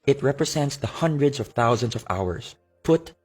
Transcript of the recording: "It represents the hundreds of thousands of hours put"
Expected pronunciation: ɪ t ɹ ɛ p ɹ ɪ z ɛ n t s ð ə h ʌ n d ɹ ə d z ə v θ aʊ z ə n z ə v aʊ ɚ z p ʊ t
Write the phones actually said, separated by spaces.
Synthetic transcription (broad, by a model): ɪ t ɹ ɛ p ɹ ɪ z ɛ n t s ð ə h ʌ n d ɹ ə d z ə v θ aʊ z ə n s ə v aʊ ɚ s p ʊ t